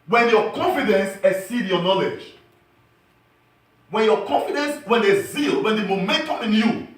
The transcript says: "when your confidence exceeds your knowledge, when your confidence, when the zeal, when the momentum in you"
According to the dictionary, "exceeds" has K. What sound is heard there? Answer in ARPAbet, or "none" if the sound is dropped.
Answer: none